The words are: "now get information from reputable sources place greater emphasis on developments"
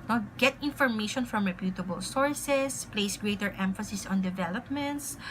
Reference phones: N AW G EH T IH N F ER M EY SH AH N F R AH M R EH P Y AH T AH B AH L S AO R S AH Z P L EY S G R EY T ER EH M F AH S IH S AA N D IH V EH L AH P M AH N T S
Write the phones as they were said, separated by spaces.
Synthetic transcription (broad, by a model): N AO G EH T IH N F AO M EY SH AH N F R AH M R EH P Y AH T AH B AH L S AO R S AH S P L EY S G R EY T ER EH M F AH S IH S AA N D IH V EH L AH P M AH N T S